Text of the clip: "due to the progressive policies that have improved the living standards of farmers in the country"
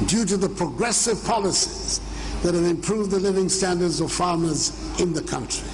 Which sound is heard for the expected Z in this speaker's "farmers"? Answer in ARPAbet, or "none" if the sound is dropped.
Z